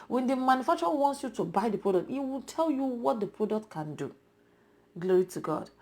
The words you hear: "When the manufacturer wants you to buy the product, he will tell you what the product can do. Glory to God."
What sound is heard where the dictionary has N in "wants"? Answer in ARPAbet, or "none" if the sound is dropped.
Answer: N